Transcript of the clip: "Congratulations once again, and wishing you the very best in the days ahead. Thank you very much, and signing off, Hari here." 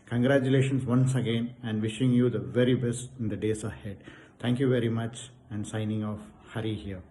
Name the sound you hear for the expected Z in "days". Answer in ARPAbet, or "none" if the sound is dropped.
S